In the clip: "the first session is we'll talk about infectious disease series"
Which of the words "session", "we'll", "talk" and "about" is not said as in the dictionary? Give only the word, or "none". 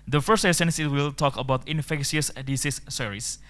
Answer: session